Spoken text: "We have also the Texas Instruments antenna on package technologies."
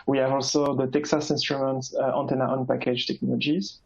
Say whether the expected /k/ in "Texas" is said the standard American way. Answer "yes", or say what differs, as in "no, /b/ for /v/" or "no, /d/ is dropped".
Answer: yes